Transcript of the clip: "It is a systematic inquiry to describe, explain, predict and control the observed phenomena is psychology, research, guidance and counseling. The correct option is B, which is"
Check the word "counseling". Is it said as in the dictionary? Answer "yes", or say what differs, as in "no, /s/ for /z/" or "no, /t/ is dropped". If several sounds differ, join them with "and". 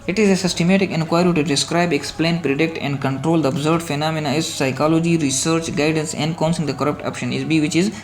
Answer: no, /l/ is dropped